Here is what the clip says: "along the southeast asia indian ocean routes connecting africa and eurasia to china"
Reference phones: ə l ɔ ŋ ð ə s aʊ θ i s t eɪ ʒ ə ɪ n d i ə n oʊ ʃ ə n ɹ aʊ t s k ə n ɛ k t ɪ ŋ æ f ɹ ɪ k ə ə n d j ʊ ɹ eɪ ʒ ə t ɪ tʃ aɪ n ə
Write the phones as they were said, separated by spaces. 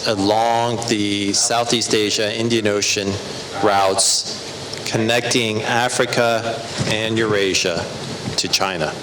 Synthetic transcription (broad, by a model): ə l ɔ ŋ ð ə s aʊ θ i s t eɪ ʒ ə ɪ n d i ə n oʊ ʃ ə n ɹ aʊ t s k ə n ɛ k t ɪ ŋ æ f ɹ ɪ k ə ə n j ʊ ɹ eɪ ʒ ə t ɪ tʃ aɪ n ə